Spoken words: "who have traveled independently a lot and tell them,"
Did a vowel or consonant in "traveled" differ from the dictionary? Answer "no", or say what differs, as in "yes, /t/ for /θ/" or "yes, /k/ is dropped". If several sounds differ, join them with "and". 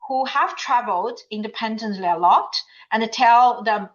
no